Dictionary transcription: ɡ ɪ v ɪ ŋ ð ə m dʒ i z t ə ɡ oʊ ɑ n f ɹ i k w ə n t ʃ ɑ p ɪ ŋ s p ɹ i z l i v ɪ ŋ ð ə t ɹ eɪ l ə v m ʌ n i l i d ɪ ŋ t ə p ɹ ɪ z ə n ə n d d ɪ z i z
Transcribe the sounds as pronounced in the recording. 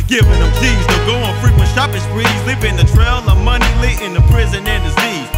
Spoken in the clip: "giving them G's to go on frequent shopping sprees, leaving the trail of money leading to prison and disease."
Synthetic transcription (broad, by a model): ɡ ɪ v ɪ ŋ ð ə m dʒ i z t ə ɡ oʊ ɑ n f ɹ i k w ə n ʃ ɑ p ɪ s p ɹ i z l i p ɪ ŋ ð ə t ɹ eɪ l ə m ʌ n i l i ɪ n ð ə p ɹ ɪ z ə n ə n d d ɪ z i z